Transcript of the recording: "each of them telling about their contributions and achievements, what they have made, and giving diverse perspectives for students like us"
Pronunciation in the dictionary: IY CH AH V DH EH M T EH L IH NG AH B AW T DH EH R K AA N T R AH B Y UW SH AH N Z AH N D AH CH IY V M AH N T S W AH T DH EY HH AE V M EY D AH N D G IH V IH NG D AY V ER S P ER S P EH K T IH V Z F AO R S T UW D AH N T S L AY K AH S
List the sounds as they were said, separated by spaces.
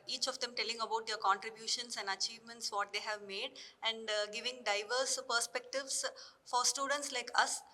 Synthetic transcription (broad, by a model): IY CH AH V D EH M T EH L IH NG AH B AW T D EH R K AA N T R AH B Y UW SH AH N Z AH N D AH CH IY V M AH N T S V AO T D EY HH AE V M EY D AH N D G IH V IH NG D AY V ER S P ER S P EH K T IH V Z F AO R S T UW D AH N T S L AY K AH S